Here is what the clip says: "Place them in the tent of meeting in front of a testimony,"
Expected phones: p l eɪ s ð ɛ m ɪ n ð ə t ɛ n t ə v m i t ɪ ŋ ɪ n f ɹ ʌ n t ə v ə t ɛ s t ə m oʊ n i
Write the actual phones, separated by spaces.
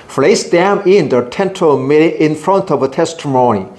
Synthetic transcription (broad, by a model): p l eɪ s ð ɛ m ɪ n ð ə t ɛ n t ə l m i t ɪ ɪ n f ɹ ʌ n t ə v ə t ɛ s t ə m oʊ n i